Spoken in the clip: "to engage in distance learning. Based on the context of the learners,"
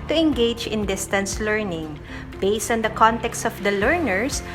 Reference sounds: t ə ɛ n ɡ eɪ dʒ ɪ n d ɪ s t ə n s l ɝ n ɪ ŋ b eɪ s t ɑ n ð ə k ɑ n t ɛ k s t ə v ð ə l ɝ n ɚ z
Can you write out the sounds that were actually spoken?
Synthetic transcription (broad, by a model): t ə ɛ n ɡ eɪ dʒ ɪ n d ɪ s t ə n s l ɝ n ɪ ŋ b eɪ s t ɑ n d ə k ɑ n t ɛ k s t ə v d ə l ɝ n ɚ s